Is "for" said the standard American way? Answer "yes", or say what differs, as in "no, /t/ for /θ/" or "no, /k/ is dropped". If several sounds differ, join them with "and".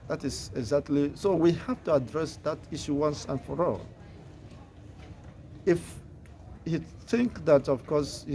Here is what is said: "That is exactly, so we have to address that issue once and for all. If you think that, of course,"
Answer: yes